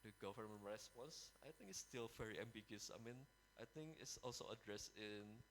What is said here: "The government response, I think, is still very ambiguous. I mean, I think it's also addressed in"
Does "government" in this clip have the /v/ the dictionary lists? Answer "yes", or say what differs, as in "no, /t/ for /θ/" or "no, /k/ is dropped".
no, /f/ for /v/